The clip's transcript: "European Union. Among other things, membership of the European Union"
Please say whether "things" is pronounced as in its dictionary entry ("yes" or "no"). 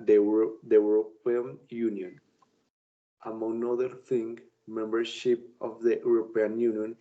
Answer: no